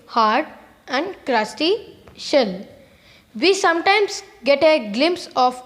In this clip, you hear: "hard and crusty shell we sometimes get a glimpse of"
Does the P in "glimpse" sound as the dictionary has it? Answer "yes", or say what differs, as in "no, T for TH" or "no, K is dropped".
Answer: yes